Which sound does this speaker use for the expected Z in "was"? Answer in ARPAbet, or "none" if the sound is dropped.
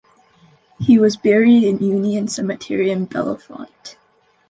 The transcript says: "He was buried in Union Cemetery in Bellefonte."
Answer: Z